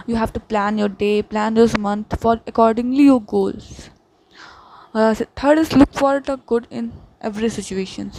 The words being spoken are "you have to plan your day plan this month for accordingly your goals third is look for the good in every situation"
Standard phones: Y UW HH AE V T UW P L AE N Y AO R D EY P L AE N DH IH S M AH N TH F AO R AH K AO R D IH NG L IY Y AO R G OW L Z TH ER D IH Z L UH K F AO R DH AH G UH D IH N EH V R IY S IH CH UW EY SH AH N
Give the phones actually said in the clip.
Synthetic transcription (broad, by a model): Y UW HH AE V T UW P L AE N Y AO R D EY P L AE N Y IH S M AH N T F AO R AH K AO R D IH NG L IY Y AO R G OW L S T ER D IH S L UH K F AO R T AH G UH D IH N EH V R IY S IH CH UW EY SH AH N